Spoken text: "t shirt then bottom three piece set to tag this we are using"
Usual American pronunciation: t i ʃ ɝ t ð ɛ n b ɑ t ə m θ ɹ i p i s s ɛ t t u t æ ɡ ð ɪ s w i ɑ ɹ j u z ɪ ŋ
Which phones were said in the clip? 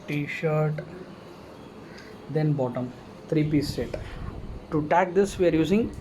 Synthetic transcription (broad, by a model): t i ʃ ɝ t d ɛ n b ɑ t ə m t ɹ i p i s s ɛ t t u t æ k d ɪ s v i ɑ ɹ j u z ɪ ŋ